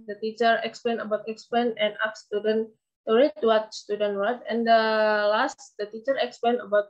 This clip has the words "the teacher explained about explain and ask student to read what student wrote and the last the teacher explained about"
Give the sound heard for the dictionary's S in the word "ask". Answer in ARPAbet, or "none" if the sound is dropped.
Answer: none